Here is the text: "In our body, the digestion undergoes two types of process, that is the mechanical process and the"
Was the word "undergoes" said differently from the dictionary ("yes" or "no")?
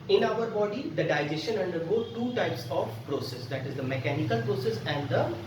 yes